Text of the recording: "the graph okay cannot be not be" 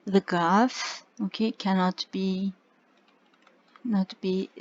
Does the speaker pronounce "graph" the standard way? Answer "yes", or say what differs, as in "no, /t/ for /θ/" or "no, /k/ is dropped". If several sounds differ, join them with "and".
no, /ɹ/ is dropped